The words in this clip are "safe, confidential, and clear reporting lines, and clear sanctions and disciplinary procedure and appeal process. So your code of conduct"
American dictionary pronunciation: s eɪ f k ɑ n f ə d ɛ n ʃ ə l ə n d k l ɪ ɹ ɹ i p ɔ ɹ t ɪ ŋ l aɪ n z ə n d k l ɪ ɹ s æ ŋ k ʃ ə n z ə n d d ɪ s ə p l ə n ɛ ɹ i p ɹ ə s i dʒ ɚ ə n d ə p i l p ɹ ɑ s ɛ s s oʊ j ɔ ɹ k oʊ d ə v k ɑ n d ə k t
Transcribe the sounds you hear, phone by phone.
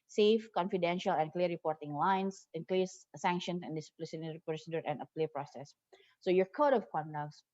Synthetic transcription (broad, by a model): s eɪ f k ɑ n f ə d ɛ n ʃ ə l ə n k l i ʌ ɹ i p ɔ ɹ t ɪ ŋ l aɪ n s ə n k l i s s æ ŋ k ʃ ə n s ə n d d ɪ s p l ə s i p ə s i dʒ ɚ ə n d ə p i p ɹ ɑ s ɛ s s oʊ j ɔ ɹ k oʊ d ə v k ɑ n d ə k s